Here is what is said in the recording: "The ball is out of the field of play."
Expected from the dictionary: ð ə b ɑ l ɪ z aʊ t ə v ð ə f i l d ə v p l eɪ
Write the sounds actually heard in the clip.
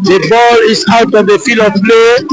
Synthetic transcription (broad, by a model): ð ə b ɑ l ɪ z aʊ t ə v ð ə f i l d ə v p l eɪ